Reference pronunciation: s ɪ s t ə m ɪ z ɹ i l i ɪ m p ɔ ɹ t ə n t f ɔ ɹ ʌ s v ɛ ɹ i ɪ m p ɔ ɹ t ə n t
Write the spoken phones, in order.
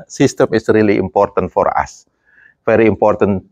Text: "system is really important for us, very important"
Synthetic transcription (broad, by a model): s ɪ s t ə m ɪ s ɹ i l i ɪ m p ɔ ɹ t ə n t f ɔ ɹ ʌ s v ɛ ɹ i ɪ m p ɔ ɹ t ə n